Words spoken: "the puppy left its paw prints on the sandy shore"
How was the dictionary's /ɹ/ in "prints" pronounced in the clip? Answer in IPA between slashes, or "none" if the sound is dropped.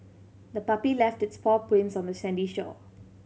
none